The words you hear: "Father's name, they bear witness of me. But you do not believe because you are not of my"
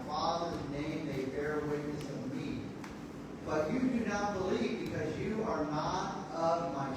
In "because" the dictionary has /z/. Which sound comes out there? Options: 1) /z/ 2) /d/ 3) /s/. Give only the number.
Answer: 1